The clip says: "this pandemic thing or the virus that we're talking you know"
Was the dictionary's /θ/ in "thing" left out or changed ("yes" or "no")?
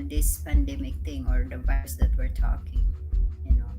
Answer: yes